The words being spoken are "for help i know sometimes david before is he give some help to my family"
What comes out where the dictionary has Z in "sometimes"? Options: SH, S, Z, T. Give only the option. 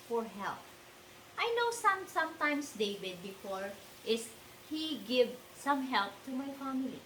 S